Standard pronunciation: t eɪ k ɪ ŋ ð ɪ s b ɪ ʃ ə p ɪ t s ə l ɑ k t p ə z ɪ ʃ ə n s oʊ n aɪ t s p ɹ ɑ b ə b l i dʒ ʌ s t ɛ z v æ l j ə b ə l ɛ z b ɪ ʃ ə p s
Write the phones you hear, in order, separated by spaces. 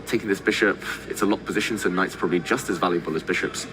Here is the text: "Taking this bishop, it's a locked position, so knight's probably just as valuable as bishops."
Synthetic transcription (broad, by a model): t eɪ k ɪ ŋ ð ɪ s b ɪ ʃ ə p ɪ t s ə l ɑ t p ə z ɪ ʃ ə n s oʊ n aɪ t s p ɹ ɑ b ə b l i dʒ ʌ s t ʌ z v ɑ l j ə b ə l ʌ z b ɪ ʃ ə p s